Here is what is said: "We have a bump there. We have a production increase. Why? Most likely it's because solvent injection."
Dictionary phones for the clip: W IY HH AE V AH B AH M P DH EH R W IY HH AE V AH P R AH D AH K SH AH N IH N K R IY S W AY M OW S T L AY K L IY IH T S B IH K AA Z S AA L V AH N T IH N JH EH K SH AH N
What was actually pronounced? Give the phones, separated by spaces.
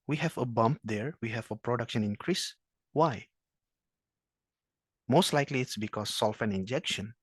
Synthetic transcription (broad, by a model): W IY HH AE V AH B AH M P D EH R W IY HH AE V AH P R AH D AH K SH AH N IH N K R IY S W AY M OW S T L AY K L IY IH T S B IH K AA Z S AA L F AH N IH N JH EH K SH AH N